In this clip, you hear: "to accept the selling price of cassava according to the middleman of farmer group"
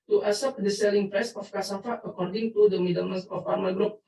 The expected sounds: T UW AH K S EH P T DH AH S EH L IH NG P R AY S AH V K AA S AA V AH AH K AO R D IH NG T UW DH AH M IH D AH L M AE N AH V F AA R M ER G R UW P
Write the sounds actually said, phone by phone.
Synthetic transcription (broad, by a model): T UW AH S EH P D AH S EH L IH NG P R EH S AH F K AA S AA F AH AH K AO R D IH NG T UW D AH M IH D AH M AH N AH F AA R M ER G R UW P